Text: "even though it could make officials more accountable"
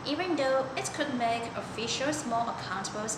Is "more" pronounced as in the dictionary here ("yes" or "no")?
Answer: no